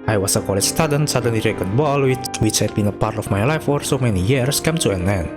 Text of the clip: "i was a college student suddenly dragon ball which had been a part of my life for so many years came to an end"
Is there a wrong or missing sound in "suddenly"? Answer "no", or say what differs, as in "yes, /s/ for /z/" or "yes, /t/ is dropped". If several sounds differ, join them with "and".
yes, /l/ is dropped